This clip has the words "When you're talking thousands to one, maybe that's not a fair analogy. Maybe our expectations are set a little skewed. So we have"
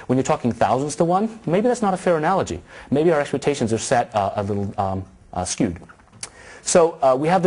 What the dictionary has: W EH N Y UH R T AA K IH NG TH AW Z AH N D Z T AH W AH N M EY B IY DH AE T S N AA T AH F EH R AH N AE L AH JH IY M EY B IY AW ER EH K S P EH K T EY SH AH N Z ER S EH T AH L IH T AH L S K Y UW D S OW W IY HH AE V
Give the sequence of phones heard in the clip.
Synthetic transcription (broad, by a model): W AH N Y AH R T AA K IH NG TH AW Z AH N D Z T AH W AH N M EY B IY DH AE T S N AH T AH F EH R AH N AE L AH JH IY M EY B IY AW ER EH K S P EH K T EY SH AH N Z ER S EH T AH L IH T L S K Y UW D S OW W IY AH V